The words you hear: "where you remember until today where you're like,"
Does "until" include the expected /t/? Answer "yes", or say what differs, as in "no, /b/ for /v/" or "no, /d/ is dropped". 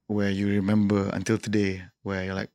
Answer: yes